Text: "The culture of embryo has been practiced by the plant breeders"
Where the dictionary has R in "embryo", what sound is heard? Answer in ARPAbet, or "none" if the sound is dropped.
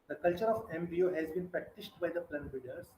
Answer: none